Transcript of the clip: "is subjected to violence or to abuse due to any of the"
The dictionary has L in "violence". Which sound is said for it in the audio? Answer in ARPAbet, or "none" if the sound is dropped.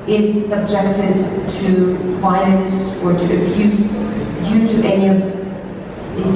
N